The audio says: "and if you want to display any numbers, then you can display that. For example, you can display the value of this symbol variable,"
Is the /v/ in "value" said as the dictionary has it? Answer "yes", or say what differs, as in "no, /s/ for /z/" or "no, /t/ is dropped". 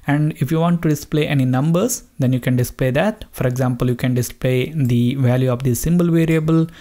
yes